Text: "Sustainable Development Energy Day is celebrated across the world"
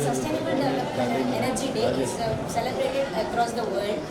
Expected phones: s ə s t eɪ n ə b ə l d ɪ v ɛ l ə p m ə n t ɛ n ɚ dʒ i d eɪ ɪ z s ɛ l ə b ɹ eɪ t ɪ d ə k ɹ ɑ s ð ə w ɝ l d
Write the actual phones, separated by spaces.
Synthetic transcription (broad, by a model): s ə s t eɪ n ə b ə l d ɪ ʌ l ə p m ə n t ɛ n ɚ dʒ i d eɪ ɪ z s ɛ l ə b ɹ eɪ t ɪ d ə k ɹ ɑ s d ə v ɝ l d